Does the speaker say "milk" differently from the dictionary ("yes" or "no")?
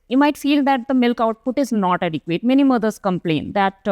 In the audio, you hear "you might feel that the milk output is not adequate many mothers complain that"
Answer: no